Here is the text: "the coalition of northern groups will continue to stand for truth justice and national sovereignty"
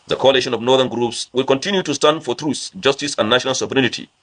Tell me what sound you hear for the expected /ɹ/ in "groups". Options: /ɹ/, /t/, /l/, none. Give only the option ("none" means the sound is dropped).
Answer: /ɹ/